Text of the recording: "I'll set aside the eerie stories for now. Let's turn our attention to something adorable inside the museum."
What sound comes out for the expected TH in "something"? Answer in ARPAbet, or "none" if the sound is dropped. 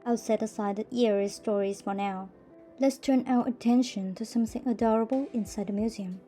TH